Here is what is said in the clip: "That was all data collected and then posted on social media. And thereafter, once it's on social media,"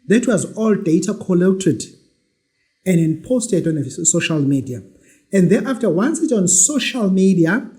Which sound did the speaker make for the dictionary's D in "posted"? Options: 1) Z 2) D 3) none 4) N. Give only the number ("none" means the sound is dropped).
2